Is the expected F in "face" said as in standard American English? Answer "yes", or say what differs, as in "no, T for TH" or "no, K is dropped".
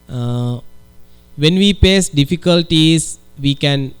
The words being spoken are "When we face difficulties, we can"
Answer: no, P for F